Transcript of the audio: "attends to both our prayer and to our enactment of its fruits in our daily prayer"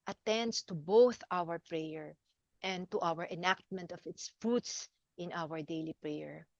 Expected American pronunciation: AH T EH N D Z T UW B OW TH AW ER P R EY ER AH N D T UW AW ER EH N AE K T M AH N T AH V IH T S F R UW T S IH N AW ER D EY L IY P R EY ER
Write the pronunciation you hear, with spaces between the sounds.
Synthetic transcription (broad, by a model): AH T EH N D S T UW B OW TH AW ER P R EY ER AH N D T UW AW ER EH N AE K T M AH N T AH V IH T S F R UW T S IH N AW ER D EY L IY P R EY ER